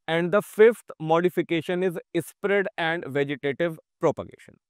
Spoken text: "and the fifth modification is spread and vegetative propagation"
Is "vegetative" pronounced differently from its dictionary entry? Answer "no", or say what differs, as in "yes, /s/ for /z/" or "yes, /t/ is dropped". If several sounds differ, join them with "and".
no